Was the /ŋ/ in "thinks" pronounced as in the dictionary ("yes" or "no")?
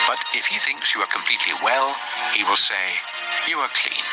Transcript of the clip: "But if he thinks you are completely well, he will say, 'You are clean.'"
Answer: yes